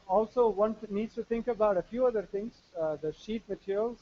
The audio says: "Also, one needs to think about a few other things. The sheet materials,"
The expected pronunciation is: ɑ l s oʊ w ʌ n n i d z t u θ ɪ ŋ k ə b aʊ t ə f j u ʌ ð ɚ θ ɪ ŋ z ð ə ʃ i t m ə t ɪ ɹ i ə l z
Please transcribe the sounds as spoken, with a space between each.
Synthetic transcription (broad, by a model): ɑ l s oʊ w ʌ n n i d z t u t ɪ ŋ k ə b aʊ t ə f j u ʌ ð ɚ t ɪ ŋ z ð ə ʃ i t m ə t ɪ ɹ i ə l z